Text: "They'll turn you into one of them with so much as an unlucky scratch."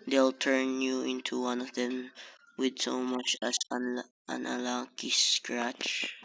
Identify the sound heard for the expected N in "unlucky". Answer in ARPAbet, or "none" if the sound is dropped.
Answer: none